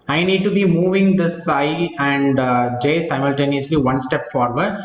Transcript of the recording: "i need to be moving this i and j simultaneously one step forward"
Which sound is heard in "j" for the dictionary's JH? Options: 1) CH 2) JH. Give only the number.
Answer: 2